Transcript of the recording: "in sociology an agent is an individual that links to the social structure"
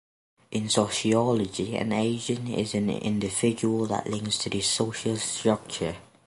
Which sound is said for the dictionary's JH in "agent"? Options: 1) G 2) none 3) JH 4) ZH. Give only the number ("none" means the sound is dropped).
4